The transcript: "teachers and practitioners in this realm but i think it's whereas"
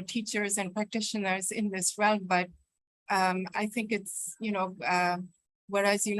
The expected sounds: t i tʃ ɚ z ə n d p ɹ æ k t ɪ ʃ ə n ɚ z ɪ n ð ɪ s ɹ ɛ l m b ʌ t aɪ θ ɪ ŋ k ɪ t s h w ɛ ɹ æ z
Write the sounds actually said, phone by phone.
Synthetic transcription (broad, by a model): t i tʃ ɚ z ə n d p ɹ æ k t ɪ ʃ ə n ɚ z ɪ n ð ɪ s ɹ ɛ l m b ʌ t aɪ θ ɪ ŋ k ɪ t s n w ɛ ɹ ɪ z